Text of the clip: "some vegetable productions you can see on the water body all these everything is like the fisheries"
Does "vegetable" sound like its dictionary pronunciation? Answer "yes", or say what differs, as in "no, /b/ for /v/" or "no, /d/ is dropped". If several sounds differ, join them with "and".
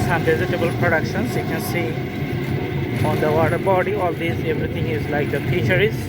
no, /z/ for /dʒ/